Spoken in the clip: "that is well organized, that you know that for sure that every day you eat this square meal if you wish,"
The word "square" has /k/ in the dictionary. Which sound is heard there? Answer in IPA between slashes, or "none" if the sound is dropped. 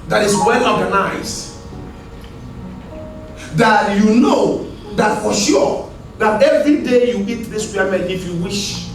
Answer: none